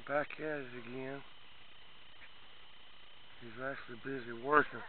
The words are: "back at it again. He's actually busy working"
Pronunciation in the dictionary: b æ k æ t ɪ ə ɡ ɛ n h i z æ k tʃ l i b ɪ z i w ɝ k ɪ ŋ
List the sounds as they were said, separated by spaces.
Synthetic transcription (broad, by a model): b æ k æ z ɪ ɡ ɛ n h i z æ k tʃ l i b ɪ z i w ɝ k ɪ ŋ